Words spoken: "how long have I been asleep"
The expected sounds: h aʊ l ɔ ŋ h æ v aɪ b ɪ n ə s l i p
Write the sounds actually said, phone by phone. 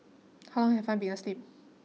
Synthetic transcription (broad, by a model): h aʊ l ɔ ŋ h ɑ f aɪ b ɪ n ə s l i p